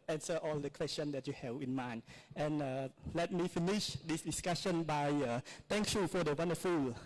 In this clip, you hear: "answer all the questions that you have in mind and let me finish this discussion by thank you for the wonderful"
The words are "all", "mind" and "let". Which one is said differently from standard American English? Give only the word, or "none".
mind